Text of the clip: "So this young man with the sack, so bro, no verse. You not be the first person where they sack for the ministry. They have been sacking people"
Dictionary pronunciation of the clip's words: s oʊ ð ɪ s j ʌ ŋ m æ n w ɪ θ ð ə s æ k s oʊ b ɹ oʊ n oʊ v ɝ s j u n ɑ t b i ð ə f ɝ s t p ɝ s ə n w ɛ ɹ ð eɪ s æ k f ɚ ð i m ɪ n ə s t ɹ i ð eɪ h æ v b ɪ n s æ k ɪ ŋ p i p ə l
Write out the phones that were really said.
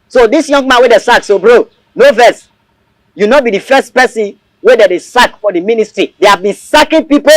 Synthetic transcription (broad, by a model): s oʊ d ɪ s j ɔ ŋ m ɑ n w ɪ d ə s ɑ k s oʊ b ɹ oʊ n oʊ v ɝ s j u n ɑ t b i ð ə f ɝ s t p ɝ s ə n w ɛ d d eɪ s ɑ k f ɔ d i m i n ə s t ɹ i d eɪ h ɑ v b ɪ n s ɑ k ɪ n p i p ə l